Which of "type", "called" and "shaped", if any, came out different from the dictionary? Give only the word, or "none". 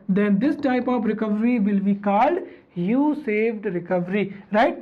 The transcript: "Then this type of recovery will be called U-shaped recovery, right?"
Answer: shaped